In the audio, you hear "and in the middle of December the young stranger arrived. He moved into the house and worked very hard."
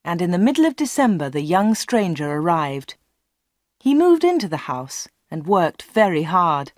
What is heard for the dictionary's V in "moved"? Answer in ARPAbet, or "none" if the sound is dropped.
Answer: V